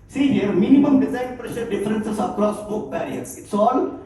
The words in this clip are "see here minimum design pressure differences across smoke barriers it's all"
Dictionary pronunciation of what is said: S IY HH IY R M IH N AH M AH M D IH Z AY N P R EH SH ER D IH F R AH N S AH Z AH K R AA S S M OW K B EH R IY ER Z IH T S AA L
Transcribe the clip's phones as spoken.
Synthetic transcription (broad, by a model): S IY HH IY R M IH N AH M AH M D IH Z AY N P R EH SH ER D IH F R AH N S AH S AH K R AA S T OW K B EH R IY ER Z IH T S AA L